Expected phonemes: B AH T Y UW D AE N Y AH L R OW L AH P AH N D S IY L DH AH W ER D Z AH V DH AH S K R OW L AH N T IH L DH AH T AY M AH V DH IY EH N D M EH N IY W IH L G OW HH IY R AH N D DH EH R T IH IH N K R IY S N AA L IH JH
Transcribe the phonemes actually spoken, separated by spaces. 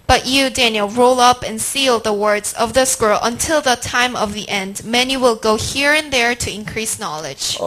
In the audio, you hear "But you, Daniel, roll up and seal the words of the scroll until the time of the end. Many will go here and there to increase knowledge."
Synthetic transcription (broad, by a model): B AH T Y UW D AE N Y AH L R OW L AH P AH N S IY L DH AH W ER D Z AH V DH AH S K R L AH N T IH L DH AH T AY M AH V DH IY EH N D M EH N IY W IH L G OW HH IY R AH N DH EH R T IH IH N K R IY S N AA L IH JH